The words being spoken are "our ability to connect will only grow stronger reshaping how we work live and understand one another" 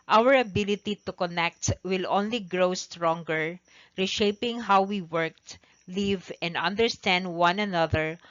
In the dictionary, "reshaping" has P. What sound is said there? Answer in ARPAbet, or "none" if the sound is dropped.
P